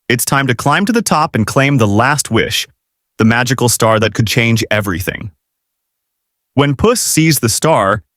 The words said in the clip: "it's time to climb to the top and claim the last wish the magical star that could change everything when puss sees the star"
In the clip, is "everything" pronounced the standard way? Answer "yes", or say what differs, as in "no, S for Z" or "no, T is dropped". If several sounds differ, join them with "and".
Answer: yes